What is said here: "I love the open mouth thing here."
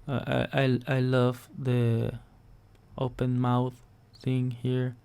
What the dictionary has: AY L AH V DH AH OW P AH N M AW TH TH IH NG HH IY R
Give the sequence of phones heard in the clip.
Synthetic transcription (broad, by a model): AY L AH V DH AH OW P AH N M AW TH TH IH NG HH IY R